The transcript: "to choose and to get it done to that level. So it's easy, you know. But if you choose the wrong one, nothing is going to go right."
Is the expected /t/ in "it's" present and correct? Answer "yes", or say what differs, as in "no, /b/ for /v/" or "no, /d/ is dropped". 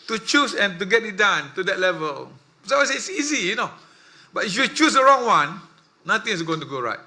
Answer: no, /s/ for /t/